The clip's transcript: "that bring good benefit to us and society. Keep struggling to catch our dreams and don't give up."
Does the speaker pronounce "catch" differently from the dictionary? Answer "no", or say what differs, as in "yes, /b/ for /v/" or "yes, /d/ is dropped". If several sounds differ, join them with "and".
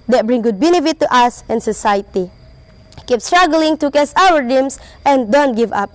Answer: yes, /s/ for /tʃ/